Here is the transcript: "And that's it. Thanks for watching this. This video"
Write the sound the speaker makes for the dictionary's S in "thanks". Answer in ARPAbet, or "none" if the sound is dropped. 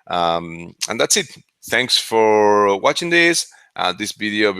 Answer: S